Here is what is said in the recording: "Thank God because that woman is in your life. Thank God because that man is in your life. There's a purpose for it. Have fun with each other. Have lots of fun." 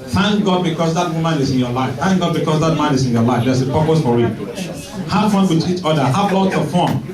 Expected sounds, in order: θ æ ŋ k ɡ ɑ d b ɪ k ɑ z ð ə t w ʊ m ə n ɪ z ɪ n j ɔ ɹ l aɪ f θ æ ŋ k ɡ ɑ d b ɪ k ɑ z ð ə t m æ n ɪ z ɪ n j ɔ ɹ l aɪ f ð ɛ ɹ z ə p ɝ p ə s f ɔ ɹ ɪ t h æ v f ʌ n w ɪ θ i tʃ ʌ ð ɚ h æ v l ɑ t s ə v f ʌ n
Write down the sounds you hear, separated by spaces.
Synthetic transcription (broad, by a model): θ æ ŋ k ɡ ɑ d b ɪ k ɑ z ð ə t w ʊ m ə n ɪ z ɪ n j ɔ l aɪ f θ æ ŋ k ɡ ɑ d b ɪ k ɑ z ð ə t m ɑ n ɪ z ɪ n j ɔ l aɪ f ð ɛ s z ə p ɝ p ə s f ɔ ɹ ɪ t h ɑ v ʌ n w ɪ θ i tʃ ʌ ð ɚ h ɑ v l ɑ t ə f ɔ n